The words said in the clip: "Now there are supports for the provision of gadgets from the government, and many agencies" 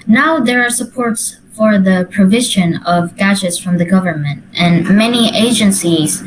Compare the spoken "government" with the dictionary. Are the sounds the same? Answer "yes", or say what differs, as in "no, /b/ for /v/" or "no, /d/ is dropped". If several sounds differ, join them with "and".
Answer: yes